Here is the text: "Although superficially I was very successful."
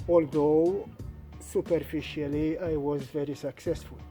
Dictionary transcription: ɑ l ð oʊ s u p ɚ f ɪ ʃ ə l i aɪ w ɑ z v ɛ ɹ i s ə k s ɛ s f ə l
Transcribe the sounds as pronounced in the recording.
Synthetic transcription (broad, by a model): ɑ l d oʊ s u p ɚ f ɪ ʃ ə l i aɪ w ɑ z v ɛ ɹ i s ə k s ɛ s f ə l